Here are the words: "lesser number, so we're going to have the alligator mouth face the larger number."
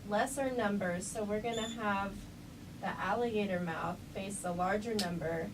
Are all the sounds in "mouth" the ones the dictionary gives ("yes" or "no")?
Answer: yes